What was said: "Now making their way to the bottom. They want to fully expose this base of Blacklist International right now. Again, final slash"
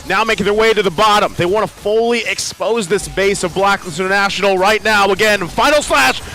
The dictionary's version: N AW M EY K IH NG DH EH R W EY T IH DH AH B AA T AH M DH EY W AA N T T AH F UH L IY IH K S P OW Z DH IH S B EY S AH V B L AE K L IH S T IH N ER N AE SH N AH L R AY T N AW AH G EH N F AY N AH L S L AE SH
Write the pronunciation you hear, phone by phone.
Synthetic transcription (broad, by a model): N AW M EY IH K DH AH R W EY T IH DH AH B AA T AH M DH EY W AA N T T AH F UH L IY IH K S P OW Z DH IH S B EY S AH V B L AE K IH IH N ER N AE SH N L R AY T N AW AH G EH N F AY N L S L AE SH